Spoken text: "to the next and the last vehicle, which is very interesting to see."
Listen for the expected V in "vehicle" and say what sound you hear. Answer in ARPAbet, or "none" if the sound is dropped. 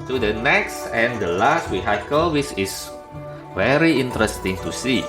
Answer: W